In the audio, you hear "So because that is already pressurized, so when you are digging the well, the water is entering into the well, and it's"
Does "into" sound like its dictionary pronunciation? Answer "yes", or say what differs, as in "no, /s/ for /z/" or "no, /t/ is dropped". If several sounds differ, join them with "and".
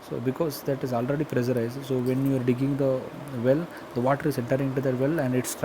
no, /n/ is dropped